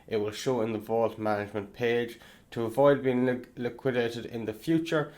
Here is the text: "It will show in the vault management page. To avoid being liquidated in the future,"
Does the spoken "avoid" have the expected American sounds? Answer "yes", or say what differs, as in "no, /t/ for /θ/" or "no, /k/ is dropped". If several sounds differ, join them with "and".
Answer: yes